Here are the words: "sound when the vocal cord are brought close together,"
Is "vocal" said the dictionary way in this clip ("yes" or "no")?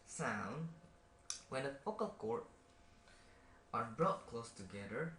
no